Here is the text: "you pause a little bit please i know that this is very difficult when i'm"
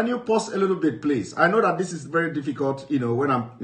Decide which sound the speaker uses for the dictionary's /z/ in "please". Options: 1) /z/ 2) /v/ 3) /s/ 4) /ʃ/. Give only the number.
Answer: 3